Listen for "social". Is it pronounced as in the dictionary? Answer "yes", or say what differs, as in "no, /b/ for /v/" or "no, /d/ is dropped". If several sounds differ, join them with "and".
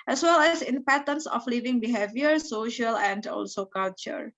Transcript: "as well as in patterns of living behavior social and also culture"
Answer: yes